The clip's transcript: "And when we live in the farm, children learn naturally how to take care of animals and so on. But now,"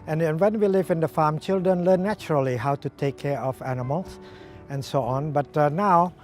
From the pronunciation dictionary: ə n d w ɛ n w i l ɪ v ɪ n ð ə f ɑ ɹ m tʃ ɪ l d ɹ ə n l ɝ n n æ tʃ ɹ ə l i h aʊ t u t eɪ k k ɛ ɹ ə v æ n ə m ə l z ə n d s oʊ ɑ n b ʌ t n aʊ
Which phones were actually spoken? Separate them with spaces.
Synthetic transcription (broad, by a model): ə n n w ɛ n w i l ɪ v ɪ n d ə f ɑ m tʃ ɪ l d ɹ ə n l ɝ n n æ tʃ ɹ ə l i h aʊ t u t eɪ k k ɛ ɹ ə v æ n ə m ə l s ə n s oʊ ɑ n b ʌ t n aʊ